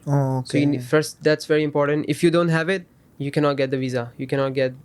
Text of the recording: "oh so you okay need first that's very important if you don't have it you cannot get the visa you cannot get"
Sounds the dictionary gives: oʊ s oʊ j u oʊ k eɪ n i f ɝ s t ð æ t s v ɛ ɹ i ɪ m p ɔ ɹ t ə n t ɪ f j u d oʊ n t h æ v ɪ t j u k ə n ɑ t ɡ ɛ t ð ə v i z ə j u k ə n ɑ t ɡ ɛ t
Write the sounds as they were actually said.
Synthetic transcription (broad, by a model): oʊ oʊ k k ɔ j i f ɝ s t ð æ t s v ɛ ɹ i ɪ m p ɔ ɹ t ə n t ɪ f j u d oʊ n t h æ v ɪ t j u k ə n ɑ t ɡ ɛ t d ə v i z ə j u k ə n ɑ t ɡ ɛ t